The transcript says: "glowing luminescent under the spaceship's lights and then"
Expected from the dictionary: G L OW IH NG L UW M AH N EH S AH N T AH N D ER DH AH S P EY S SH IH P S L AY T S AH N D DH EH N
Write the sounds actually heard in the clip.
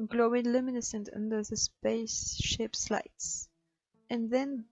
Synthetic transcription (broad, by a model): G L OW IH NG L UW M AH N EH S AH N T AH N D ER DH AH S P EY S SH IH P S L AY T S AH N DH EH N